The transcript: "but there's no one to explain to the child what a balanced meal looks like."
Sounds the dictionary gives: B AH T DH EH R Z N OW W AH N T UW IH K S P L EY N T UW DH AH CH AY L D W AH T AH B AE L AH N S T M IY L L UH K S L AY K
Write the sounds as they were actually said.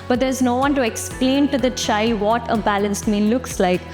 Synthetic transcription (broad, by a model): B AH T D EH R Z N OW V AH N T UW IH K S P L EY N T UW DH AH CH AY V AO T AH B AE L AH N S T M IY N L UH K S L AY K